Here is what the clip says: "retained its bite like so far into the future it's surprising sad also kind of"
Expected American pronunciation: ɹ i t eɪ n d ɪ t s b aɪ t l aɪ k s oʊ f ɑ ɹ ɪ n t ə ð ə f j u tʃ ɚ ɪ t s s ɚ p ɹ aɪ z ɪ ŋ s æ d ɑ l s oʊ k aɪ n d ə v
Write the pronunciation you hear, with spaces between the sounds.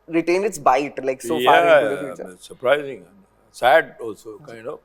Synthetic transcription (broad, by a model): ɹ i t eɪ n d ɪ t s b aɪ t l aɪ k s oʊ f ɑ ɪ t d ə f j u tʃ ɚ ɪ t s s ɚ p ɹ aɪ z ɪ ŋ s æ d ɑ l s oʊ k aɪ n d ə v